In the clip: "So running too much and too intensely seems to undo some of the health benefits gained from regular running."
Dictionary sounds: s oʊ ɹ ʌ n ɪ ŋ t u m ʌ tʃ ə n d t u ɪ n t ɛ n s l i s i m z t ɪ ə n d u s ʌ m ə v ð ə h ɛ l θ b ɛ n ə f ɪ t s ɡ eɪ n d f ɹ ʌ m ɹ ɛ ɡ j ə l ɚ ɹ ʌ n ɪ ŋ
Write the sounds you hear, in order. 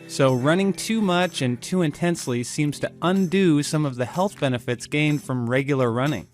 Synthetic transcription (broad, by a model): s oʊ ɹ ʌ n ɪ ŋ t u m ʌ tʃ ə n t u ɪ n t ɛ n s l i s i m z t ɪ ə n d u s ʌ m ə v ð ə h ɛ l θ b ɛ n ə f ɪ t s ɡ eɪ n d f ɹ ʌ m ɹ ɛ ɡ j l ɚ ɹ ʌ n ɪ ŋ